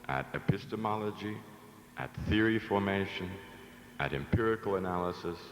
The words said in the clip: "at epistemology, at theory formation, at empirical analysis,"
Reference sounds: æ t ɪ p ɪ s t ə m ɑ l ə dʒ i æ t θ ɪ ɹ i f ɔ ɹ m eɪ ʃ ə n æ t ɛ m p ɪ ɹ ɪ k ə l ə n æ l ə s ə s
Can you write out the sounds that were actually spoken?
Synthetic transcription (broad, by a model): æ t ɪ p ɪ s t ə m ɑ l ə dʒ i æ t θ ɪ ɹ i f ɔ ɹ m eɪ ʃ ə n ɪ t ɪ m p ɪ ɹ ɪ k l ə n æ l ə s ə s